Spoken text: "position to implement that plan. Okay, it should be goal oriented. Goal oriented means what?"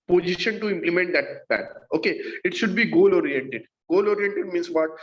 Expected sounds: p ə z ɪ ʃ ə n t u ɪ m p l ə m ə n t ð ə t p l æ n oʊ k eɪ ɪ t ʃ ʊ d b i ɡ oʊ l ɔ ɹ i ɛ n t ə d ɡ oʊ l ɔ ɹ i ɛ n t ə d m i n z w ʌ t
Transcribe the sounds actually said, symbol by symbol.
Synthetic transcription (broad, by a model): p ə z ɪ ʃ ə n t u ɪ m p l ə m ə n t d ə t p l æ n oʊ k eɪ ɪ t ʃ ʊ d b i ɡ oʊ l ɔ ɹ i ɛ n t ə d ɡ oʊ l ɔ ɹ i ɛ n t ə d m i n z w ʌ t